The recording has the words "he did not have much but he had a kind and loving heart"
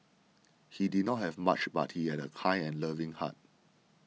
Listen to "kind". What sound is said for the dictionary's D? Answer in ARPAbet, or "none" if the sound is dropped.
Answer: none